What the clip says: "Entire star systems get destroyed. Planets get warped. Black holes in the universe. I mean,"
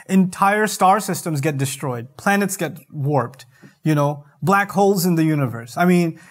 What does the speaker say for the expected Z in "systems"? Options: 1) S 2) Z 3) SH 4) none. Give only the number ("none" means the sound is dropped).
2